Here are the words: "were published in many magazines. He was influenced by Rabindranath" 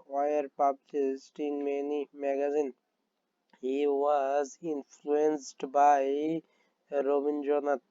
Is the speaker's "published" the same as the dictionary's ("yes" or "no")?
no